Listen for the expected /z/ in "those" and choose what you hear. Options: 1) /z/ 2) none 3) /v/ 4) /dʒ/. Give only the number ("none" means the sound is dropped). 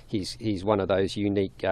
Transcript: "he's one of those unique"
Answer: 1